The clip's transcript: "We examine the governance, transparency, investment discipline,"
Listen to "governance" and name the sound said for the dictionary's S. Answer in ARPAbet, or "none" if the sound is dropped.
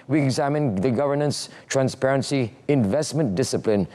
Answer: S